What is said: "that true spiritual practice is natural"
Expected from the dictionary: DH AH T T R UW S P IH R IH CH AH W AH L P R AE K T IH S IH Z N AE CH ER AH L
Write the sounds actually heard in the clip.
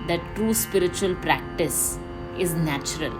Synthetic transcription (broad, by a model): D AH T T R UW S P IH R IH CH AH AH L P R AE K T IH S IH Z N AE CH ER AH L